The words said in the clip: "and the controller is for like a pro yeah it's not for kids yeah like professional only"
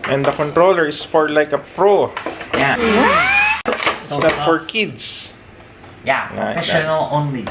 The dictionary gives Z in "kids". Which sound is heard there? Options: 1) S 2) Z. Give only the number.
1